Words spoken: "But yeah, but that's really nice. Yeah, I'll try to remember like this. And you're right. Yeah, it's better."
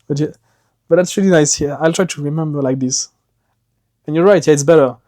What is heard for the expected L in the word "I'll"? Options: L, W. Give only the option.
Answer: L